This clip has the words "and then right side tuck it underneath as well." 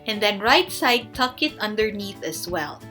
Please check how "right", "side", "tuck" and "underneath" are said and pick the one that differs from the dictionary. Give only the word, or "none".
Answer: none